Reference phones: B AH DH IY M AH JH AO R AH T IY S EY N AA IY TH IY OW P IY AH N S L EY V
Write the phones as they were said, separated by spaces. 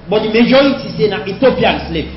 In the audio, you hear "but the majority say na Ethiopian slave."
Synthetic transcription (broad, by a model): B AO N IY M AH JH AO AH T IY S EY N AA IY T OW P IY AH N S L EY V